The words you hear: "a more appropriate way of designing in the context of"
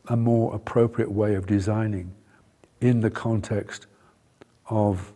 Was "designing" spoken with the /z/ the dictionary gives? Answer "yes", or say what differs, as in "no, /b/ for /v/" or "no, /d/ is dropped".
yes